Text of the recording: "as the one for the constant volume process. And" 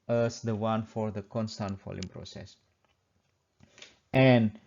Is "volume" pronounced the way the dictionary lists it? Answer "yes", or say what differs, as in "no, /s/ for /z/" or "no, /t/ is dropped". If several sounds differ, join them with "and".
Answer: no, /f/ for /v/